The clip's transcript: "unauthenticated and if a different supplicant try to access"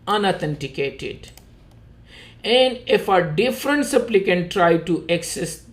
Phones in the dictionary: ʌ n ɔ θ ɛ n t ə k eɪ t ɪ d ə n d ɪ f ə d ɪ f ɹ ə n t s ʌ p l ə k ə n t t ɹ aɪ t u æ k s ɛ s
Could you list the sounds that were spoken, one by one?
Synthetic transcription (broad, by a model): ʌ n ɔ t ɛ n t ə k eɪ t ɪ d ə n d ɪ f ə d ɪ f ɹ ə n t s ʌ p l ə k ə n t t ɹ aɪ t u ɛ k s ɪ s